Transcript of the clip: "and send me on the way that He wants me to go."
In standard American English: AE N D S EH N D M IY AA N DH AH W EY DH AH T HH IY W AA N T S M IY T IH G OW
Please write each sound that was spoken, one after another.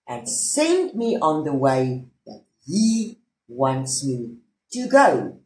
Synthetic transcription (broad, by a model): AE N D S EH N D M IY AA N DH AH W EY DH AH T HH IY W AA N T S M IY T IH G OW